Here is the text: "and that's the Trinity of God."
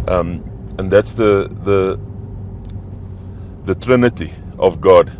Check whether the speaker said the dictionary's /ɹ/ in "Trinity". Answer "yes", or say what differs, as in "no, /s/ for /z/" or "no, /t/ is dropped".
yes